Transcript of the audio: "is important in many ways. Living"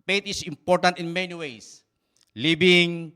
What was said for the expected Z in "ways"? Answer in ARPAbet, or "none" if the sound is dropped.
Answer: S